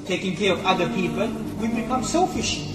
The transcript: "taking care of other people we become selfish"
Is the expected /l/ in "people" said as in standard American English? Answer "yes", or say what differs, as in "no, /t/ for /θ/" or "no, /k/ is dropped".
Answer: yes